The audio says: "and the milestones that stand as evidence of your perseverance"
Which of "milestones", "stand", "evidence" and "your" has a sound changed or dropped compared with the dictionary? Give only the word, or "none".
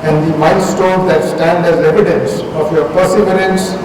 milestones